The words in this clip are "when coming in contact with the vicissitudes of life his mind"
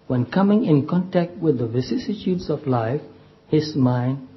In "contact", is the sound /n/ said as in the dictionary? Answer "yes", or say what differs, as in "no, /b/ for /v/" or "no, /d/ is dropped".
yes